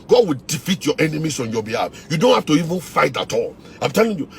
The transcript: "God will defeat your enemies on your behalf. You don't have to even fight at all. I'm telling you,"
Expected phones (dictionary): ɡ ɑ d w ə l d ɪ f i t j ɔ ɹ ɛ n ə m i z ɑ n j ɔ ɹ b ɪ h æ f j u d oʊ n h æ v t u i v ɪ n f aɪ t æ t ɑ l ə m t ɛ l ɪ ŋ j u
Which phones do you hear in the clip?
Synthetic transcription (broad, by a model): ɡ ɑ d w ə l d ɪ f i t j ɔ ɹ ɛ n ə m i s ɑ n j ɔ b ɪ h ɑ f j u d oʊ n h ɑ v t u i v ɪ n f aɪ t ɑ t ɑ l ə m t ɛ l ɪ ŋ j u